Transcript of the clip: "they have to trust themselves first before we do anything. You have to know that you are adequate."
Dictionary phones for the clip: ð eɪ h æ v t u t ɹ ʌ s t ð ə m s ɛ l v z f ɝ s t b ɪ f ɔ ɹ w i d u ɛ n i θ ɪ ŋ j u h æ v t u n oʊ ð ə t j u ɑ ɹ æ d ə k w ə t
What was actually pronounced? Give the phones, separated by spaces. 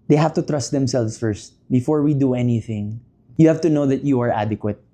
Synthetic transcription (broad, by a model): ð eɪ h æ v t u t ɹ ʌ s t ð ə m s ɛ l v s f ɝ s t b ɪ f ɔ ɹ w i d u ɛ n i θ ɪ ŋ j u h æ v t u n oʊ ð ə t j u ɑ ɹ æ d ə k w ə t